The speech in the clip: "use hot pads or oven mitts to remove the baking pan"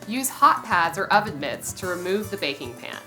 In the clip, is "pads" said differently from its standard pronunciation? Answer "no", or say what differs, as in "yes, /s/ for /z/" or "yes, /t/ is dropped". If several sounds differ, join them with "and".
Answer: no